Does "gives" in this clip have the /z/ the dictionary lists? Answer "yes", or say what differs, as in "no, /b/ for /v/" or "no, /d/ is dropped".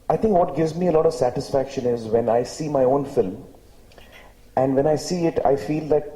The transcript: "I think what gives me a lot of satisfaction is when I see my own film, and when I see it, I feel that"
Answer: yes